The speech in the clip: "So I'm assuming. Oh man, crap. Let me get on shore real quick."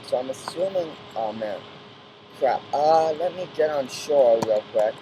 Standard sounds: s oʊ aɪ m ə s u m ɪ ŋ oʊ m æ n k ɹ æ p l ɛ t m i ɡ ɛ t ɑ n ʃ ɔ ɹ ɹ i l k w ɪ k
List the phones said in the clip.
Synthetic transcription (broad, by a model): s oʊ aɪ m ə s u m ɪ ŋ oʊ m æ n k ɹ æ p l ɛ t m i ɡ ɛ t n ʃ ɔ ɹ w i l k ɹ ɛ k